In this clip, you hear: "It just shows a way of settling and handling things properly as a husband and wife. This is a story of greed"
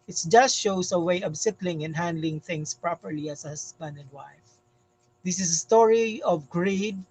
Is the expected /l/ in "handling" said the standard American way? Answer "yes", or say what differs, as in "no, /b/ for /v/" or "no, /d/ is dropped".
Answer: yes